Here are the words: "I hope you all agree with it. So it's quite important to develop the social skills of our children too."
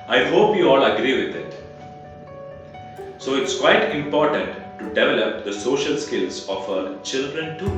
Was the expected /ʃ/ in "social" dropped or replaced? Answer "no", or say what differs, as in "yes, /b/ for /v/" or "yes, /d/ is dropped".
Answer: no